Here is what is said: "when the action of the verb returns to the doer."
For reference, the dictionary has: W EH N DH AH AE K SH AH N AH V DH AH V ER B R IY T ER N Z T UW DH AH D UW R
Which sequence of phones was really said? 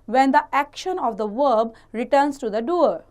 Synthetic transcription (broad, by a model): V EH N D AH AE K SH AH N AH V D AH V ER B R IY T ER N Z T UW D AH D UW R